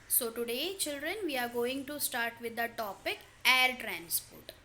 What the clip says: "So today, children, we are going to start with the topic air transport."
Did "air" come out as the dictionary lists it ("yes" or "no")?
yes